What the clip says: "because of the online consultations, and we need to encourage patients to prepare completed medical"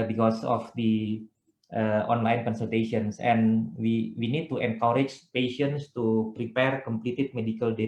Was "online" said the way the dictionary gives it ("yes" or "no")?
yes